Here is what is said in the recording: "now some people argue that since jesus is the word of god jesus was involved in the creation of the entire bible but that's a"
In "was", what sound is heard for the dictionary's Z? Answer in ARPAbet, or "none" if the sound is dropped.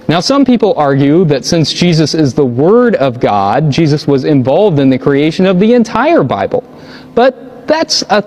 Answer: Z